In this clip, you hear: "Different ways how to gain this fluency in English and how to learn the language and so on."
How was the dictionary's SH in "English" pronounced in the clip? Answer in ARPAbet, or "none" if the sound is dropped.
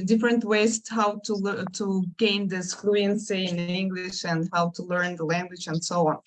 SH